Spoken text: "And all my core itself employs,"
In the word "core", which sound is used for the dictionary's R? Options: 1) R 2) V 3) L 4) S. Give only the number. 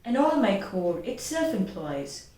3